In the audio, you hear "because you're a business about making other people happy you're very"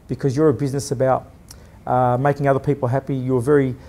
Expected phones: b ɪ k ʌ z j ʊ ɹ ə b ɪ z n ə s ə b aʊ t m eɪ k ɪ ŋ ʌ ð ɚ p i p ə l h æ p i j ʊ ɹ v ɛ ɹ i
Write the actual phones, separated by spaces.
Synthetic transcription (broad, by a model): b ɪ k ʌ z j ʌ ɹ ə b ɪ z n ə s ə b aʊ t m eɪ k ɪ ŋ ʌ ð ɚ p i p l h æ p i j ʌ ɹ v ɛ ɹ i